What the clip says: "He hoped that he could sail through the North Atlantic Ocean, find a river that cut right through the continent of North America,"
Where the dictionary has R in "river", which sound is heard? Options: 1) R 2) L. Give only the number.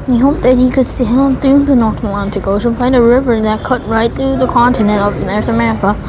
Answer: 1